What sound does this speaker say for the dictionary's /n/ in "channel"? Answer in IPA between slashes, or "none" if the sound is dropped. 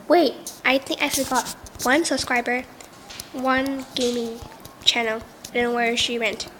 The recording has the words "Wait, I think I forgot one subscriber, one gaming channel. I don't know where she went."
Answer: /n/